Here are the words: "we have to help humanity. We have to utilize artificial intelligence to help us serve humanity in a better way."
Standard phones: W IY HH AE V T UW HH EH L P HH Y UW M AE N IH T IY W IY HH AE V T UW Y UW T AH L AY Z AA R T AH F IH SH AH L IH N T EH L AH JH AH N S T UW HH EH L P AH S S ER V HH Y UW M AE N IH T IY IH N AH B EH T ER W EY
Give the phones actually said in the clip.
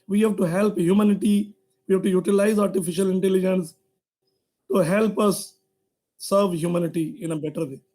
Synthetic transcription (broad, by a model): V IY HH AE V T UW HH EH L P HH Y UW M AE N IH T IY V IY HH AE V T UW Y UW T AH L AY Z AA R T AH F IH SH AH L IH N T EH L AH JH AH N S T UW HH EH L P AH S S ER V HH Y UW M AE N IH T IY IH N AH B EH T ER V EY